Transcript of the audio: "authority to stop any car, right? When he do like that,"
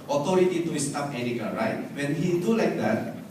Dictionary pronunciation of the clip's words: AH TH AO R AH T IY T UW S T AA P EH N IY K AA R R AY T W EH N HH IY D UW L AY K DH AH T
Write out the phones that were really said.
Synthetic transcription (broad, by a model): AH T AO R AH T IY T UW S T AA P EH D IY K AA L R AY T W EH N HH IY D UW L AY K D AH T